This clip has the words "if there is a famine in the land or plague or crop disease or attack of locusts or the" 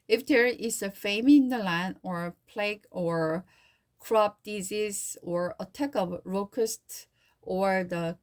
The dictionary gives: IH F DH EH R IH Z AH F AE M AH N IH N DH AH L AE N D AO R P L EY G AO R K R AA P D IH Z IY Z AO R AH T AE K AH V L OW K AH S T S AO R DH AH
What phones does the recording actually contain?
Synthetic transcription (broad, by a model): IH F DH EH R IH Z AH F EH AH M IH N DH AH L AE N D AO R P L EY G AO R K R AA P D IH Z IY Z AO R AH T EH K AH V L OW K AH S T AO R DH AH